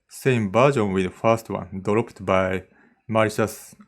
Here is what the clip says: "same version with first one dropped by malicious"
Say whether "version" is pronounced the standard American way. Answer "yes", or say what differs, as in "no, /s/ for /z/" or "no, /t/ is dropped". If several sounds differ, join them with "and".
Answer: no, /b/ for /v/